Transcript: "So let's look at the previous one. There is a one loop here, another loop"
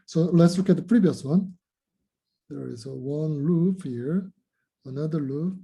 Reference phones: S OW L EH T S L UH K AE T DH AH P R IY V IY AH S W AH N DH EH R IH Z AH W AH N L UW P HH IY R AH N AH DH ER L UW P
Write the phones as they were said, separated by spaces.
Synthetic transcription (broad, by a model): S OW L EH T S L UH K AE T DH AH P R IY V IY AH S W AH N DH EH R IH Z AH W AH N L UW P HH IY R AH N AH DH ER L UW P